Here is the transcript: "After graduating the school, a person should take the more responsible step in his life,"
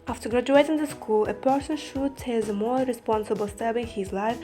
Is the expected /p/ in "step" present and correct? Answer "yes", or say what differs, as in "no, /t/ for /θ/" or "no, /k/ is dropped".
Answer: no, /b/ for /p/